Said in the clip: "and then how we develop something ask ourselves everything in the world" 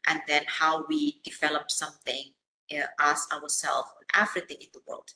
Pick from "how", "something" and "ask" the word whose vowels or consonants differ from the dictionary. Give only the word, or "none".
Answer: ask